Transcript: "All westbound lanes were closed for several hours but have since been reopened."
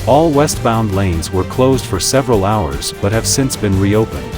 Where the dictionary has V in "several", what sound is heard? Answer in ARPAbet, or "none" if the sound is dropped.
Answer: V